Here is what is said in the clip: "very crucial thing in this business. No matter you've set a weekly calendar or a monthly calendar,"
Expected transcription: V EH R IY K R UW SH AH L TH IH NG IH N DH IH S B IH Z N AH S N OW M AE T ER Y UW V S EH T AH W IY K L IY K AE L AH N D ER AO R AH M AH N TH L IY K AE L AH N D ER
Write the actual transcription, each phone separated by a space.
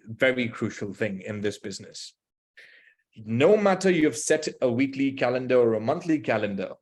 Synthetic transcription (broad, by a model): V EH R IY K R UW SH AH L TH IH NG IH N DH IH S B IH Z N AH S N OW M AE T ER Y UW V S EH T AH W IY K L IY K AE L AH N D ER AO R AH M AH N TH L IY K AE L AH N D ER